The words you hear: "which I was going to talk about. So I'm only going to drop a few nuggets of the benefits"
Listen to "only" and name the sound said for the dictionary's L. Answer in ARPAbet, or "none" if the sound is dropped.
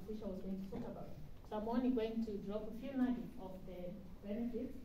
none